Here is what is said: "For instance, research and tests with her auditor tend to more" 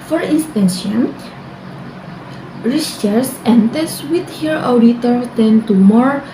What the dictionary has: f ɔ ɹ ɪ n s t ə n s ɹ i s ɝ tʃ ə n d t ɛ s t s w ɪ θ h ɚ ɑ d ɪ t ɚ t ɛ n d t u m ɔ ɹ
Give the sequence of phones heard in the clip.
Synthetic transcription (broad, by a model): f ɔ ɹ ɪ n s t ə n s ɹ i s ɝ s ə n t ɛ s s w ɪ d h ɚ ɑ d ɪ t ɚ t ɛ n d t u m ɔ ɹ